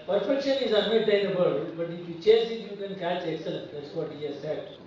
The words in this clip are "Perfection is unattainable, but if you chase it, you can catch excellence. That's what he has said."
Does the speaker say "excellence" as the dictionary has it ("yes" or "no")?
no